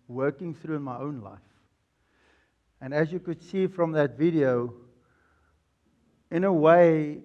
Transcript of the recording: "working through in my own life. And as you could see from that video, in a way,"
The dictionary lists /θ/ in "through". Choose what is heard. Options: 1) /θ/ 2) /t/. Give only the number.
1